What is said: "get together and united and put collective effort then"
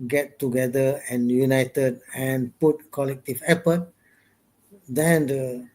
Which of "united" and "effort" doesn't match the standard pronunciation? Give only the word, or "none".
effort